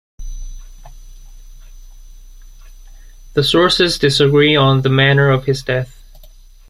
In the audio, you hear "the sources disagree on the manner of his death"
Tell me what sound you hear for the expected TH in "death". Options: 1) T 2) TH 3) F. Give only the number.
2